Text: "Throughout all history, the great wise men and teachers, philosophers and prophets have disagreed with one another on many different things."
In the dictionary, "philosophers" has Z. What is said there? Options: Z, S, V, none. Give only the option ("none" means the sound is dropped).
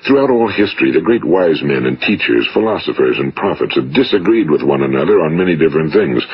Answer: Z